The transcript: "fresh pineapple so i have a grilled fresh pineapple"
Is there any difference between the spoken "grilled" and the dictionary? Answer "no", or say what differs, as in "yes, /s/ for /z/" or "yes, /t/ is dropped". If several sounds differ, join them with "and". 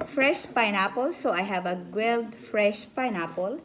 yes, /w/ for /ɹ/